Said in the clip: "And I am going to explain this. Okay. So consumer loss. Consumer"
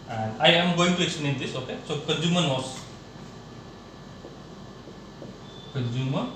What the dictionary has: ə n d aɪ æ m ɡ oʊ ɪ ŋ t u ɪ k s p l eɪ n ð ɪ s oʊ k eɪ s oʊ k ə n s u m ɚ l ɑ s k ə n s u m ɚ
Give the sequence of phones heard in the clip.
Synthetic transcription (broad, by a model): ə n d aɪ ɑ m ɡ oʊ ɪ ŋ t u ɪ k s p n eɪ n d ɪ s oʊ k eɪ s oʊ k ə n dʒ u m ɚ n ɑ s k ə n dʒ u m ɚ